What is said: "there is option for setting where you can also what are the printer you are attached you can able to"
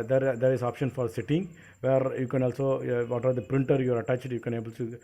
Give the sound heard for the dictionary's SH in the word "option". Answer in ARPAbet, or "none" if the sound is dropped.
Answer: SH